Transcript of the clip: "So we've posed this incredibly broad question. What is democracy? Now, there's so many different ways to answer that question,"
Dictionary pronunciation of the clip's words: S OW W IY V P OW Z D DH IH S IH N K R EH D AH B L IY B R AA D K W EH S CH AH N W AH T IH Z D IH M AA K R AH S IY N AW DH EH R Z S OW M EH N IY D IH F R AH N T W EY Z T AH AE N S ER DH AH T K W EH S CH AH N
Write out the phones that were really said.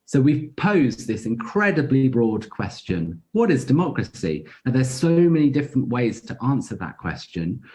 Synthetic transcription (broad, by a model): S OW W IY V P OW Z DH IH S IH N K R EH D AH B L IY B R AA D K W EH S CH AH N W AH T IH Z D IH M AA K R AH S IY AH DH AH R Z S OW M EH N IY D IH F R AH N T W EY Z T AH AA N S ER DH AH T K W EH S CH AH N